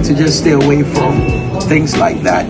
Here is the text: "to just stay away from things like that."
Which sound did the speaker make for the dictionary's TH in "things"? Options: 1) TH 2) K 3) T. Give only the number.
1